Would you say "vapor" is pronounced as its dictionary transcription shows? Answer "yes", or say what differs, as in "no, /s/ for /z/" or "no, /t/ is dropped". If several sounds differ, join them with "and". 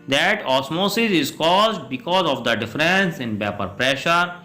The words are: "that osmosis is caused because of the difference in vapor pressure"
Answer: no, /b/ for /v/